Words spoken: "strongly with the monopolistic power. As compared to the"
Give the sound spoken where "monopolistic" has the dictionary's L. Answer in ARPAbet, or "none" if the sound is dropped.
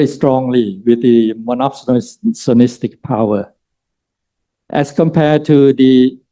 N